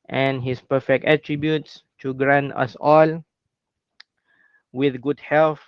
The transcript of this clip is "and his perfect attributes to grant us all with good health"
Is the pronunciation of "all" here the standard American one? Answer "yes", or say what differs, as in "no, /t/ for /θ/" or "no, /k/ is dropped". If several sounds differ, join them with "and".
yes